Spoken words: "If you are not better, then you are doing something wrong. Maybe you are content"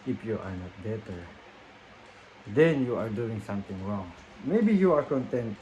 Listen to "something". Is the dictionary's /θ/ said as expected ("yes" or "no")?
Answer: no